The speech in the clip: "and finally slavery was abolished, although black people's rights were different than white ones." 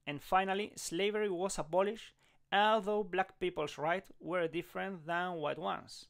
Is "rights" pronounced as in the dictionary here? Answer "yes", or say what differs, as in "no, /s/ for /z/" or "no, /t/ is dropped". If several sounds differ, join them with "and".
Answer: no, /s/ is dropped